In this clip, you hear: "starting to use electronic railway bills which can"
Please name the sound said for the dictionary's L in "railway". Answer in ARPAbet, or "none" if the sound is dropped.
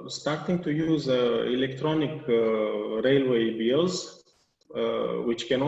L